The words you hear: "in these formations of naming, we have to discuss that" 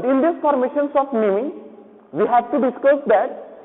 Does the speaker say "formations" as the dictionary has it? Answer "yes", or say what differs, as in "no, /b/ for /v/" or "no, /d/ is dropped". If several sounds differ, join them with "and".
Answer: no, /s/ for /z/